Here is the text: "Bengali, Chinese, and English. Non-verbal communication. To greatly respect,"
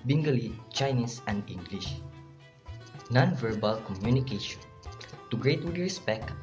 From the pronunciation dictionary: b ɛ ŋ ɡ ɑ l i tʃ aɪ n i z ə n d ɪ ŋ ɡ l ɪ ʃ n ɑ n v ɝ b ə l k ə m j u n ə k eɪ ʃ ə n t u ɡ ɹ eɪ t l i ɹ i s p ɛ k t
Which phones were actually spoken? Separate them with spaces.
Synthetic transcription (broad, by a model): b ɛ ŋ ɡ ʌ l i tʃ aɪ n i s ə n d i ŋ ɡ l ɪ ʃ n ɑ n v ɝ b ə l k ə m j u n ə k eɪ ʃ ə n t u ɡ ɹ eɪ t w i ɹ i s p ɛ k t